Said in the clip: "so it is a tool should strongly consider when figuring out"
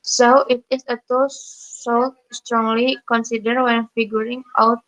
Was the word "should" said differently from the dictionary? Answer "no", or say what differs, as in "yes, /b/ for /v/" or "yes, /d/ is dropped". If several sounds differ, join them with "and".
yes, /s/ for /ʃ/